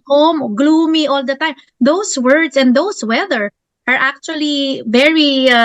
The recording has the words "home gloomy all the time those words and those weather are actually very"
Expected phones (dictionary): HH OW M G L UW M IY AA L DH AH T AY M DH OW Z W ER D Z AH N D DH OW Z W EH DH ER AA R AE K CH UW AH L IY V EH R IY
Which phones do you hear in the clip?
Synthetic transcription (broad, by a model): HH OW M G L UW M IY AA L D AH T AY M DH OW S W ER D S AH N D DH OW S W EH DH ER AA R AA K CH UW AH L IY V EH R IY